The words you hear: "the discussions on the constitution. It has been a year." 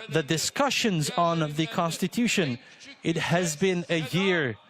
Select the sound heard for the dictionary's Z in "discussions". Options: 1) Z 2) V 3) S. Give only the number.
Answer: 1